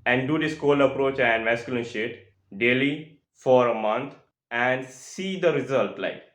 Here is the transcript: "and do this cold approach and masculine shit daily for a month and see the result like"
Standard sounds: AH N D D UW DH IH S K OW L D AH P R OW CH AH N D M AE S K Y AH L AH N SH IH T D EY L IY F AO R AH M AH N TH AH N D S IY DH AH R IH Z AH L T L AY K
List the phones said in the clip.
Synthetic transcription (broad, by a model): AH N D D UW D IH S K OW L AH P R OW CH AH N D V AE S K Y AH L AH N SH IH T D EY L IY F AO R AH M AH N T AH N D S IY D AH R IH Z AH L T L AY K